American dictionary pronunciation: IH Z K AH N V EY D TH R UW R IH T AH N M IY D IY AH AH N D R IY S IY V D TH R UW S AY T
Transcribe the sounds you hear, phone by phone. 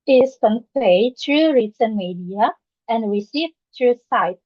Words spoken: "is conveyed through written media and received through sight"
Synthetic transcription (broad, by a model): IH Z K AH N P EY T R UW R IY S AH N M IY D IY AH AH N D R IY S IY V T R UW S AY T